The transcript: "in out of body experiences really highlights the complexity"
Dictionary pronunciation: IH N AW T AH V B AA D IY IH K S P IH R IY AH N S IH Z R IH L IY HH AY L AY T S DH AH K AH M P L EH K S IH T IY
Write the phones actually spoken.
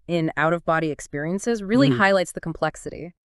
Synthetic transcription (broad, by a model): IH N AW T AH V B AA D IY IH K S P IH R IY AH N S IH Z R IH L IY HH AY L AY T S DH AH K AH M P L EH K S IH T IY